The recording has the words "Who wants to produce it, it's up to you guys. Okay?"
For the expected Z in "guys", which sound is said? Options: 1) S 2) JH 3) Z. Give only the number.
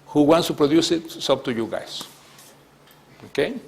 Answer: 1